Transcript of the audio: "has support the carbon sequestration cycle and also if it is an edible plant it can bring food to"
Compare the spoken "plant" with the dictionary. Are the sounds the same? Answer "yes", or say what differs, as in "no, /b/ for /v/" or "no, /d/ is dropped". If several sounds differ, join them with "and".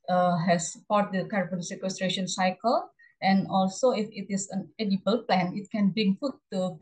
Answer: no, /t/ is dropped